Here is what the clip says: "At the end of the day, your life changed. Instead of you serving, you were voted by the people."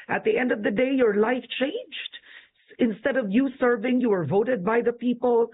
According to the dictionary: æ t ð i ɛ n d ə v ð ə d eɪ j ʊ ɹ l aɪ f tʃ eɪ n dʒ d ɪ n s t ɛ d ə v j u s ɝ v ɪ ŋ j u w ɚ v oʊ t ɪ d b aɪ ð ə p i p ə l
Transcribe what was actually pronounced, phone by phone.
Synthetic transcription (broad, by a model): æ t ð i ɛ n d ə v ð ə d eɪ j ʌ ɹ l aɪ f tʃ eɪ n dʒ d ɪ n s t ɛ d ə v j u s ɝ v ɪ ŋ j u w ɚ v oʊ t ɪ d b aɪ ð ə p i p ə l